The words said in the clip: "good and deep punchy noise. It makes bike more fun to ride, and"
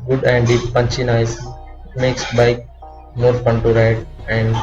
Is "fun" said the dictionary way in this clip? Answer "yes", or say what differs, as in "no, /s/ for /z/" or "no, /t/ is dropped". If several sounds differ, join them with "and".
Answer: no, /p/ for /f/